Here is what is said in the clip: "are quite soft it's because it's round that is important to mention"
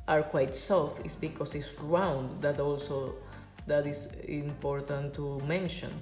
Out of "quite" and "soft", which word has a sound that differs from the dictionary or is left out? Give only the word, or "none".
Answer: soft